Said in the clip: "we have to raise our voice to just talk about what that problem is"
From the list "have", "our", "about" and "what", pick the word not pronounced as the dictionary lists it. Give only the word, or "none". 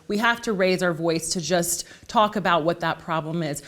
have